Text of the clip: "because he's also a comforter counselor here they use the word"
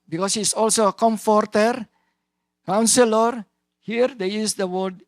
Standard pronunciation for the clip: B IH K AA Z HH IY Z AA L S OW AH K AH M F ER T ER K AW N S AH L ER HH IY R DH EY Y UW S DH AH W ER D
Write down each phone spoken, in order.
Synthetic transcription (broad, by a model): B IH K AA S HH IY S AA L S OW AH K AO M F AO T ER K AW N S AH L ER HH IY R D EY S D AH W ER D